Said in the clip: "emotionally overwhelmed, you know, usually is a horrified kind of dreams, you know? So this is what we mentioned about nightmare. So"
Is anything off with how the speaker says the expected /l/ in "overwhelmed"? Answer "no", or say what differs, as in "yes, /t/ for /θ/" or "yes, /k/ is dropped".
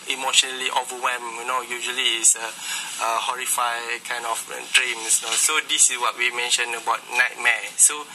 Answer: yes, /l/ is dropped